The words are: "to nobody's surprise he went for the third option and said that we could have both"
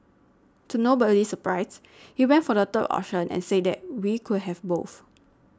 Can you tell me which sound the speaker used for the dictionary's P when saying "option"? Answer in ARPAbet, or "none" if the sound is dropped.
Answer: none